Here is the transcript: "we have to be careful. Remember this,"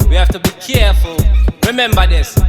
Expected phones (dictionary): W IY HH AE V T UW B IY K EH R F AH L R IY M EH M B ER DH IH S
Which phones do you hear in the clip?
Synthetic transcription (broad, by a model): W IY HH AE F T UW B IY K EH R F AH L R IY M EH M B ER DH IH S